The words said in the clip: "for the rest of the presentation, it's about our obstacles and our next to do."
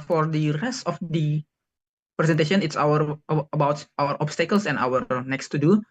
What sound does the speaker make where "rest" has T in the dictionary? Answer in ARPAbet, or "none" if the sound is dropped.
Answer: T